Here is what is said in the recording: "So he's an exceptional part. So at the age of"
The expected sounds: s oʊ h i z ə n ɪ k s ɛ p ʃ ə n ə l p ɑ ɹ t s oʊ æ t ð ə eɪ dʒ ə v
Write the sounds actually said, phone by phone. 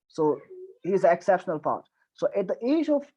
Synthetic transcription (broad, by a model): s oʊ h i z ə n ɪ k s ɛ p ʃ ə n ə l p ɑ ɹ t s oʊ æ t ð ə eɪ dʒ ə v